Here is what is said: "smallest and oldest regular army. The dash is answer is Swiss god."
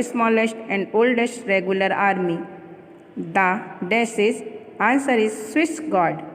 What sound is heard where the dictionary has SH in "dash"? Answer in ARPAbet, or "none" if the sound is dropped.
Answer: S